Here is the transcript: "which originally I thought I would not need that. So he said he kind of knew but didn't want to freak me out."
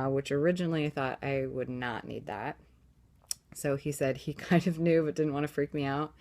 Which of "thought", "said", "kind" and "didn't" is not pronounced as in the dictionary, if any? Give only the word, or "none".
none